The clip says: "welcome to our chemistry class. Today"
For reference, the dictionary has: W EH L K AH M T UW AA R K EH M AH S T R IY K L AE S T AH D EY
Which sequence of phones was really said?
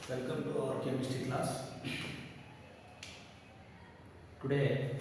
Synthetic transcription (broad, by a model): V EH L K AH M T UW AA R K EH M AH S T IY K L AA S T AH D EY